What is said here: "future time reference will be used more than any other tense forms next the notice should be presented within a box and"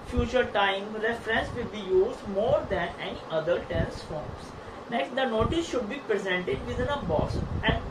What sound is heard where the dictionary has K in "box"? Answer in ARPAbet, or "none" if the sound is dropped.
none